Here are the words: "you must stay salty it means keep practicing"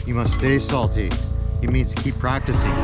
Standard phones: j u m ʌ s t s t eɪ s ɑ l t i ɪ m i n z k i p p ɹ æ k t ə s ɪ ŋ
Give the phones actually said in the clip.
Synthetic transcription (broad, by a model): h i m ʌ s t s t eɪ s ɑ l t i ɪ m i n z k i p p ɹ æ k t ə s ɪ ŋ